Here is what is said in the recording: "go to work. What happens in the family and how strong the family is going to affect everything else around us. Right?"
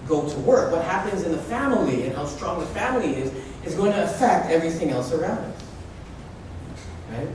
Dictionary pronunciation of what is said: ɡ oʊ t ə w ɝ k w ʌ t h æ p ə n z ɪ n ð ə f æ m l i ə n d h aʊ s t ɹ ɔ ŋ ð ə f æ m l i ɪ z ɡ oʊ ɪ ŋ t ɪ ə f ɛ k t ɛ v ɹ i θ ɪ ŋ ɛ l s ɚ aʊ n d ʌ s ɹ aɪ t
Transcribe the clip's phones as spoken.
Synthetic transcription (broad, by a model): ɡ oʊ t ə w ɝ k w ʌ t h æ p ə n z ɪ n ð ə f æ m l i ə n h aʊ s t ɹ ɔ ŋ ð ə f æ m l i ɪ z ɡ oʊ ɪ ŋ t ɪ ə f ɛ k t ɛ v ɹ i θ ɪ ŋ ɛ l s ɚ aʊ n d ʌ s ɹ aɪ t